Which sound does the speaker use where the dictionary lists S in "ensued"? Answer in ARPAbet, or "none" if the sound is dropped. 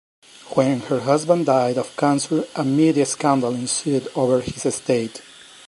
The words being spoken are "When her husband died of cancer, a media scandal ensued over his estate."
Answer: S